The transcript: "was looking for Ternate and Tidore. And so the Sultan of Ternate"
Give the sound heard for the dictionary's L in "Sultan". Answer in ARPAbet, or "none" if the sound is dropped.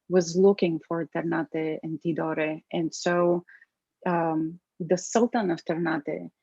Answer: L